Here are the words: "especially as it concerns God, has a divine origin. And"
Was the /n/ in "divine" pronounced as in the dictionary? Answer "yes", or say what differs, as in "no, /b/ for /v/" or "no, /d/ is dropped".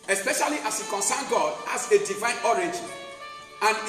yes